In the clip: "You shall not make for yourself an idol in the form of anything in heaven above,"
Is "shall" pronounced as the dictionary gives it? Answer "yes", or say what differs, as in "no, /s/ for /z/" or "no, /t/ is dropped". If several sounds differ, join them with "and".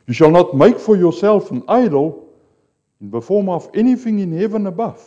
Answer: yes